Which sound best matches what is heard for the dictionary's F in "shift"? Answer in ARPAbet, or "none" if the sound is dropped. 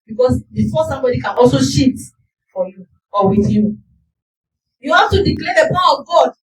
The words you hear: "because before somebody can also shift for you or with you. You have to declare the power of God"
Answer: none